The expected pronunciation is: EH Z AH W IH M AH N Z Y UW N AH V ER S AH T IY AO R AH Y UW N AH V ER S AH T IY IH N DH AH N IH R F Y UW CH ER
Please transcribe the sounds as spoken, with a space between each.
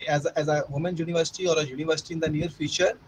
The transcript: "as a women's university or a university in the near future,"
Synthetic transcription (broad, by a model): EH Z AH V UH M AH N Y UW N AH V ER S AH T IY AO R AH Y UW N AH V ER S AH T IY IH N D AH N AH R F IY CH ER